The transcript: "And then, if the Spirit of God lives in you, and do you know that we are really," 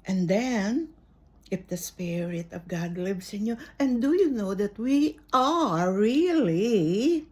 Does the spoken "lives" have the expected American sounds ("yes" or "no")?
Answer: no